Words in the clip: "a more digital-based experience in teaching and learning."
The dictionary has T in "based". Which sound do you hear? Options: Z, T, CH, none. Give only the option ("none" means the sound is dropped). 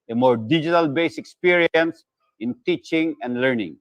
none